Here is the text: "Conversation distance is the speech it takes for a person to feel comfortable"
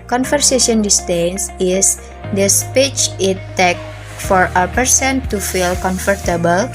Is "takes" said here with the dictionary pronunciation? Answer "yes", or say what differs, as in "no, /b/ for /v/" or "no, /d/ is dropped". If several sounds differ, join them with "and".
no, /s/ is dropped